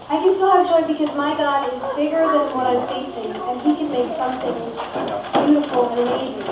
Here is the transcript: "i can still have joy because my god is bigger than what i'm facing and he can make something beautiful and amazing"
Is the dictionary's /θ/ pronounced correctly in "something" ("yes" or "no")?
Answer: yes